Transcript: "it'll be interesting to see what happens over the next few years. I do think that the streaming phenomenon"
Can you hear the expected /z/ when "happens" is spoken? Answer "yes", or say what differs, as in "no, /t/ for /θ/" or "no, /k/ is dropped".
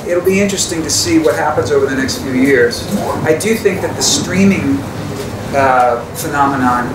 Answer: yes